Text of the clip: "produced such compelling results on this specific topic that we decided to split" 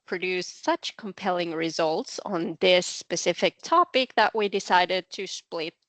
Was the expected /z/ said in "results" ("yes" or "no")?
yes